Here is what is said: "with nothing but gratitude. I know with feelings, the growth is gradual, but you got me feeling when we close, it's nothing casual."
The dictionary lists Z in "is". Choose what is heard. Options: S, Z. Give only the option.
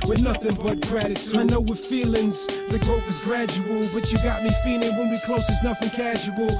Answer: Z